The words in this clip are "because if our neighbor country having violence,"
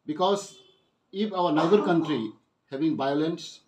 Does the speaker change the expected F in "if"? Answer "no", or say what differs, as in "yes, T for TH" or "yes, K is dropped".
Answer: yes, P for F